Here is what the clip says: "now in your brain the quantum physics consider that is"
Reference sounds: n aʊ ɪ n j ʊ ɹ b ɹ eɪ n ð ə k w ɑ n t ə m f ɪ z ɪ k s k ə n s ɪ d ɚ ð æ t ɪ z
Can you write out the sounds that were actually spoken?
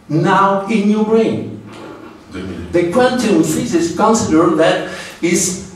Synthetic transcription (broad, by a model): n aʊ ɪ n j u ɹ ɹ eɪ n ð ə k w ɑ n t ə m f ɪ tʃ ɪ s k ə n s ɪ d ɚ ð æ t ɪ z